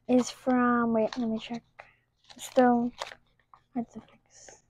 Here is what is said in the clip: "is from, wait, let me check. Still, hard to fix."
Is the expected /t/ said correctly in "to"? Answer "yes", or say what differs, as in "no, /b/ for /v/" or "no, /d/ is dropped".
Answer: no, /s/ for /t/